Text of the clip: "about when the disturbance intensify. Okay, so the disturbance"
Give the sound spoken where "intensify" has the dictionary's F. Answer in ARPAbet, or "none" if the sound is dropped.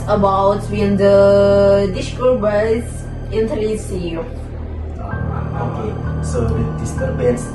none